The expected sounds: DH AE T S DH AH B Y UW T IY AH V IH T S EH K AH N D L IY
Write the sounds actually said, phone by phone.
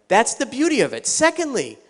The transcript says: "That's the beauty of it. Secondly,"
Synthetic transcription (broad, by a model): DH AE T S DH AH B Y UW T IY AH V IH T S EH K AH N D L IY